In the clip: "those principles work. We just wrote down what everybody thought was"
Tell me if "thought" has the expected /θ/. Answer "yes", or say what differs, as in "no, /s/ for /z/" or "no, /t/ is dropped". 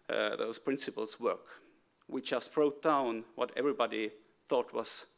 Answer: yes